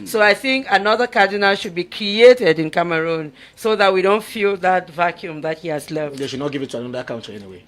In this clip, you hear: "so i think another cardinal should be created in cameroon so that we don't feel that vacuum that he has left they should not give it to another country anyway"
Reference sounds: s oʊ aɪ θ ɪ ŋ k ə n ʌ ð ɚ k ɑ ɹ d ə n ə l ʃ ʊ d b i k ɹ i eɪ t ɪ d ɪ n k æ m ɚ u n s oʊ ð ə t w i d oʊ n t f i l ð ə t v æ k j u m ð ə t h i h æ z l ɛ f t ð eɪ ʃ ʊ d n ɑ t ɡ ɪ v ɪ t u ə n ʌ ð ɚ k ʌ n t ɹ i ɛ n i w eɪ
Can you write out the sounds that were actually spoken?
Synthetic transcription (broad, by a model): s oʊ aɪ θ ɪ ŋ k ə n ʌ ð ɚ k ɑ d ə n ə l ʃ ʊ d b i k ɹ i eɪ t ɪ d ɪ n k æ m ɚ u n s oʊ ð ə t w i d oʊ n t f i l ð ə t v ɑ k j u m ð ə t h i h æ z l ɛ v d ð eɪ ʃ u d n ɑ t ɡ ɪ v ɪ t u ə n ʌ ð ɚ k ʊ n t i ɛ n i w eɪ